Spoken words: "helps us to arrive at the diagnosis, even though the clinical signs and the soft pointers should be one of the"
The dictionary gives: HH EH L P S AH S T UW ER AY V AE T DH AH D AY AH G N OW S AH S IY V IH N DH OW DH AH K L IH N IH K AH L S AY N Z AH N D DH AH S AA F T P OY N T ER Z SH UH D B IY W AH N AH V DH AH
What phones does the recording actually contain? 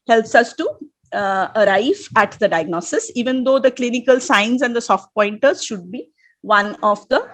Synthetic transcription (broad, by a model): HH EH L P S AH S T UW ER AY V AE T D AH D AY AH G N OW S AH S IY V IH N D OW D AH K L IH N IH K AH L S AY N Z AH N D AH S AA F T P OY N T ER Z SH UH D B IY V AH N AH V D AH